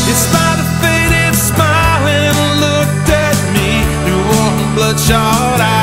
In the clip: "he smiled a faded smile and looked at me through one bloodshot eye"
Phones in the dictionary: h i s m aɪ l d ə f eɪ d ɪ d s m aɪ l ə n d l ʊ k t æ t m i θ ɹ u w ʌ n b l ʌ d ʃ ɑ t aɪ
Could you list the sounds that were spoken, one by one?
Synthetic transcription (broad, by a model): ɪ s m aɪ d ə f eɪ d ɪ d s m aɪ l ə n l ʊ k t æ t m i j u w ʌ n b l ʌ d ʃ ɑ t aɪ